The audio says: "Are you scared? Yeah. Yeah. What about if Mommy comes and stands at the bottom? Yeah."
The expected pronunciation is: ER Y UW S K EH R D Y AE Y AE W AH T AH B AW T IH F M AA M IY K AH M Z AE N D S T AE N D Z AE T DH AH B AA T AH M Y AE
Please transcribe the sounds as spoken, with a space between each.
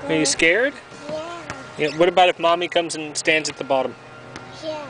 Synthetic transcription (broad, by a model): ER Y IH S K EH R D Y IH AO W AH T AH B AW T IH F M AA M IY K AH M Z N S T AE N D Z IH T DH AH B AA T AH M